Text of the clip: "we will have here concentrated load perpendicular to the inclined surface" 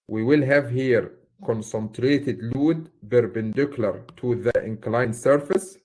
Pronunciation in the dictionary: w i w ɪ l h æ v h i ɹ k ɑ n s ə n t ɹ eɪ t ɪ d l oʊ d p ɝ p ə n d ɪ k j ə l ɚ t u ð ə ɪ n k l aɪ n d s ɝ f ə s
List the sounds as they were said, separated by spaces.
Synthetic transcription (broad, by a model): w i w ɪ l h æ v h i ɹ k ɑ n s ə n t ɹ eɪ t ɪ d l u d b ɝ b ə n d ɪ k l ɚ t u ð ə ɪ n k l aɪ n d s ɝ f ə s